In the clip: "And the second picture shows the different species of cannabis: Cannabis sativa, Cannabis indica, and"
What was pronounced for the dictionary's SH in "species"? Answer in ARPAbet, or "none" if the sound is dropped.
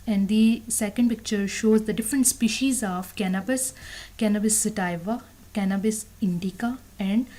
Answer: SH